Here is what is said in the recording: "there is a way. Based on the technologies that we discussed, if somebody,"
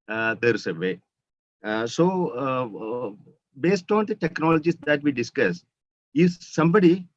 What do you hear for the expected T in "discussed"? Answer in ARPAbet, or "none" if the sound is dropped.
none